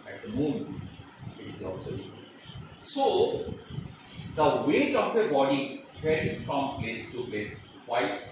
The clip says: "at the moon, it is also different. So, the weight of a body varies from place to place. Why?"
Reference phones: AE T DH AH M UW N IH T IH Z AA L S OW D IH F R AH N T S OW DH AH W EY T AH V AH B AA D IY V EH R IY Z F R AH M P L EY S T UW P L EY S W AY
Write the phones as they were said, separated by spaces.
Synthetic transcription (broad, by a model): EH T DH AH M UW N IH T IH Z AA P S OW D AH T S OW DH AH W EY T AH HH AH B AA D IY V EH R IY F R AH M P L EY S T UW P L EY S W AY